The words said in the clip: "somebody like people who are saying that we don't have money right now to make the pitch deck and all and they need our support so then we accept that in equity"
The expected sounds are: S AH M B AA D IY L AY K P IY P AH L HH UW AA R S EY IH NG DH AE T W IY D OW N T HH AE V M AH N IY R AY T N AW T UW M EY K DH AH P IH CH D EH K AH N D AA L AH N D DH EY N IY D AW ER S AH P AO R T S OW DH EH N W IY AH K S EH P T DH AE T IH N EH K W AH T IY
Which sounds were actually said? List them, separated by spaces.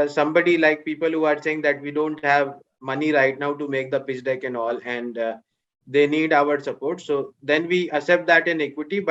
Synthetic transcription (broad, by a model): S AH M B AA D IY L AY K P IY P AH L HH UW AA R S EY IH NG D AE T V IY D OW N T HH AE V M AH N IY R AY T N AW T UW M EY K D AH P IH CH D EH K AH N D AA L AH N D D EY N IY D AW ER S AH P AO R T S OW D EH N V IY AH S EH P T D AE T IH N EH K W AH T IY